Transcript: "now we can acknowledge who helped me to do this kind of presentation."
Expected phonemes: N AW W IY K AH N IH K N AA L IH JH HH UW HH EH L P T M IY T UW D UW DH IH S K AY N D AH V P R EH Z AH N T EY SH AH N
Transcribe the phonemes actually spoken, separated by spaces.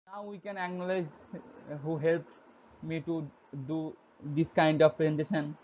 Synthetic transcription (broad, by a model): N AW W IY K AH N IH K N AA L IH Z HH UW HH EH L P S M IY T UW D UW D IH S K AY N D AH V P R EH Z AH N T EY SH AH N